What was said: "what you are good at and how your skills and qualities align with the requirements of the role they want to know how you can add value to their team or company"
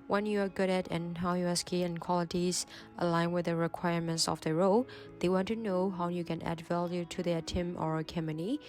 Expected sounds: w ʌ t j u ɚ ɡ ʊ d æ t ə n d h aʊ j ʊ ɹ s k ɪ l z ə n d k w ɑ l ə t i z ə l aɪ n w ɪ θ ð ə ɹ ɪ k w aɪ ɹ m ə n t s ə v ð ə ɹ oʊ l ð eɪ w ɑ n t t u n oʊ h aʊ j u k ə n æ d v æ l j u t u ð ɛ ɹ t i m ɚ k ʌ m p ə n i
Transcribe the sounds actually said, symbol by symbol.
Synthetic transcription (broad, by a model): w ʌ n j u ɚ ɡ ʊ d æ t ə n h aʊ j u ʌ s k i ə n k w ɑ l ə t i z ə l aɪ n w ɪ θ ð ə ɹ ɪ k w aɪ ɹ m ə n t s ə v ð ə ɹ oʊ l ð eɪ w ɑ n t t u n oʊ h aʊ j u k ə n æ d v æ l j u t u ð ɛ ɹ t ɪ m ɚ k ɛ m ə n i